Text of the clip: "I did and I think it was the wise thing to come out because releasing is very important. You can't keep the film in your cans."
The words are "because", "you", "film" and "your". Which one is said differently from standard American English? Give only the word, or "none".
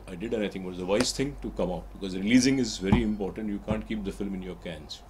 none